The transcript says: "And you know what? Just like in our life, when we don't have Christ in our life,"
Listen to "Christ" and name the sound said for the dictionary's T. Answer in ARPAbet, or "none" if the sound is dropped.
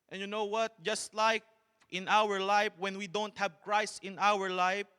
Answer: none